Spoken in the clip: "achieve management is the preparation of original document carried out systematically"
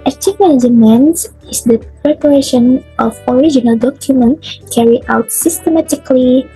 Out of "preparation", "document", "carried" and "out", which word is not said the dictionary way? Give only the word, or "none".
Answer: carried